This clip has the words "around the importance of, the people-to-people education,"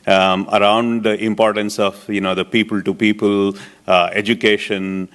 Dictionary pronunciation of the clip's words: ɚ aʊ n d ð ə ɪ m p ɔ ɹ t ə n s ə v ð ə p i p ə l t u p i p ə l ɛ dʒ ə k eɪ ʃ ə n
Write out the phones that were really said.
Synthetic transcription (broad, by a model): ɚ aʊ n d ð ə ɪ m p ɔ ɹ t ə n s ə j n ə p i p ə l t u p i p ə l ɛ dʒ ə k eɪ ʃ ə n